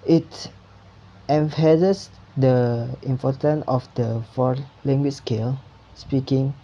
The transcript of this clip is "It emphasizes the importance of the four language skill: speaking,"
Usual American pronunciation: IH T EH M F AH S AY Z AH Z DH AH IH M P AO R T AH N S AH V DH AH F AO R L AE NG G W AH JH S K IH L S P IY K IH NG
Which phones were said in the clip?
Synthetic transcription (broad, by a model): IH T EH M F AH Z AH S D AH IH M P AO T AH N AH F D AH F AO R L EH NG G W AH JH S K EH L S P IY K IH NG